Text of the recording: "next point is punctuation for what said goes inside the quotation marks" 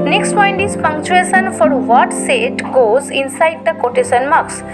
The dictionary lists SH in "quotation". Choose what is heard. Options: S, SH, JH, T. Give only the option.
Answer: S